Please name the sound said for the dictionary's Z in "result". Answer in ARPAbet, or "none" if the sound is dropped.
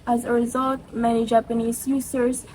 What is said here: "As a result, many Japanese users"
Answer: Z